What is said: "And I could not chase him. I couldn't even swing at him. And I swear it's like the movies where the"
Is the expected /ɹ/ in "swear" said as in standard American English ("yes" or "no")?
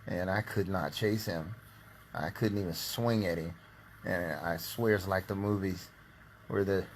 yes